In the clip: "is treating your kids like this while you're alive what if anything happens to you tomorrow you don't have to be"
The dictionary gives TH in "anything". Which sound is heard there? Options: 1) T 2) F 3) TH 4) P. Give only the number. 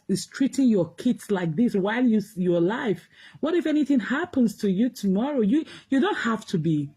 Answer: 3